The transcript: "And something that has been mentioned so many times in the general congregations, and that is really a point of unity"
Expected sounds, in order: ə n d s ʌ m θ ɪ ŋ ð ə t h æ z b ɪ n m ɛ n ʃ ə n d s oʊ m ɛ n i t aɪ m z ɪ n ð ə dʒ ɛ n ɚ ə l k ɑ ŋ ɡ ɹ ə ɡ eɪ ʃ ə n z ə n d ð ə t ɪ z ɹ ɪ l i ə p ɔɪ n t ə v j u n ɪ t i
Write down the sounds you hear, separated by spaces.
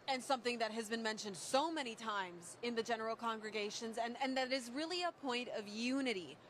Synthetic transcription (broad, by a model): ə n s ʌ m θ ɪ ŋ ð ə t h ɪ z b ɪ n m ɛ n ʃ ə n d s oʊ m ɛ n i t aɪ m z ɪ n ð ə dʒ ɛ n ɚ l k ɑ ŋ ɡ ɹ ə ɡ eɪ ʃ ə n z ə n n ð ə t ɪ z ɹ ɪ l i ə p ɔɪ n t ə v j u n ɪ t i